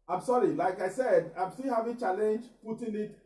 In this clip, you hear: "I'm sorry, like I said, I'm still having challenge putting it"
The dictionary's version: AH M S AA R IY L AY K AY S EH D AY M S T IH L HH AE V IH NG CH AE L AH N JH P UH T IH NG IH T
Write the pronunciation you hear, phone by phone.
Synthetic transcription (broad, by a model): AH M S AA R IY L AY K AY S EH D AY M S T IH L HH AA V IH CH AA L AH N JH P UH T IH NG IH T